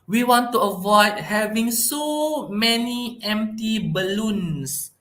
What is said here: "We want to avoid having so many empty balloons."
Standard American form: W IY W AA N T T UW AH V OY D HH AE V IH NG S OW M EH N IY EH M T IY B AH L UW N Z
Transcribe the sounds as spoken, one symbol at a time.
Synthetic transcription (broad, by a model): W IY W AA N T T UW AH V OY D HH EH V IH NG S OW M EH N IY EH M T IY B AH L UW N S